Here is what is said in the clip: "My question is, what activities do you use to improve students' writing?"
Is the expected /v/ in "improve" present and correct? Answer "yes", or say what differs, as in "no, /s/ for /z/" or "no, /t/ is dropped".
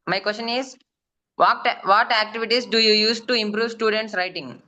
yes